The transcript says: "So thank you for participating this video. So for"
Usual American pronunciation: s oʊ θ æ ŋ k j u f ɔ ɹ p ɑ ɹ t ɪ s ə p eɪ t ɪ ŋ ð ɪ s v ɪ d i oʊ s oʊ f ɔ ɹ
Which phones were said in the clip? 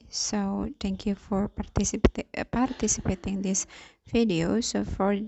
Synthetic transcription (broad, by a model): s oʊ t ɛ ŋ k j u f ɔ ɹ p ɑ ɹ t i s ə p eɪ t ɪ ŋ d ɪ s f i d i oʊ s oʊ f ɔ ɹ